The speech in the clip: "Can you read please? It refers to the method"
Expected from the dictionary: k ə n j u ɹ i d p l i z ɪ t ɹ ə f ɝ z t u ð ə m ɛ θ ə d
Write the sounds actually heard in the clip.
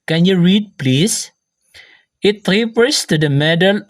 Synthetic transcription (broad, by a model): k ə n j u ɹ i d p l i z ɪ t ɹ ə p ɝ s t u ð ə m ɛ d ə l